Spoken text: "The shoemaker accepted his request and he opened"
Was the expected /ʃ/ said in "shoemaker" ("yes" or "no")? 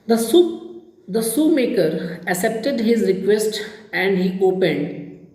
no